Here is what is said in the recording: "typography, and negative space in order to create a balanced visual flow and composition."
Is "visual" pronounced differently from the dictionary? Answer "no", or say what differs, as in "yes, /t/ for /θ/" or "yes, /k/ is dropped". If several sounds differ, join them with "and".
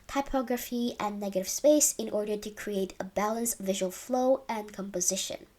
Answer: no